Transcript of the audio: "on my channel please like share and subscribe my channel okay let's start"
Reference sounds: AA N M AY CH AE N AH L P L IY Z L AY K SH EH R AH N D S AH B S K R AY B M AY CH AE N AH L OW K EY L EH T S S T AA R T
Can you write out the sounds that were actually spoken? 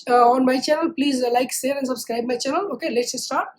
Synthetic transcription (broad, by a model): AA N M AY CH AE N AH L P L IY Z L AY K S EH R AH N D S AH B S K R AY B M AY CH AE N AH L OW K EY L EH T S S T AA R T